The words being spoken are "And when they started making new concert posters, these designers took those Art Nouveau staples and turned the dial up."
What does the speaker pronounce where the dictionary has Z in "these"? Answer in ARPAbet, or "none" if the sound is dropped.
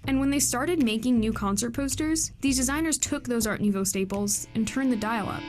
Z